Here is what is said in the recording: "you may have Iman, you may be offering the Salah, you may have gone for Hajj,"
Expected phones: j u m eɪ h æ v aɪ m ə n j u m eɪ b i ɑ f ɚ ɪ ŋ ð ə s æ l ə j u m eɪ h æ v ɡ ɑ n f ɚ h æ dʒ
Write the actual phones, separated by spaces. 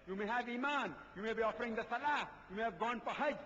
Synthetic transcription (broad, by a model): j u m eɪ h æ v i m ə n j u m eɪ b i ɑ f ɚ ɪ ŋ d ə s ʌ l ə j u m eɪ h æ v ɡ ɑ n p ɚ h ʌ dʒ